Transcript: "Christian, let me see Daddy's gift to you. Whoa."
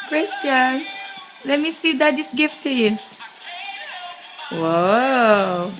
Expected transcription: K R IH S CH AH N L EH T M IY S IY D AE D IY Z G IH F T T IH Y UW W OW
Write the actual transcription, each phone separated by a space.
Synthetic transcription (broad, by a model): K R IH S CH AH N L EH T M IY S IY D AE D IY S G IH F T T IH Y UW W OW